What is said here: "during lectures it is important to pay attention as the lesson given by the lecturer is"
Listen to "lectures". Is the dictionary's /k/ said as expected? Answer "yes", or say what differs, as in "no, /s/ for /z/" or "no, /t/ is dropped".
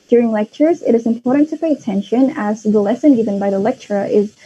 yes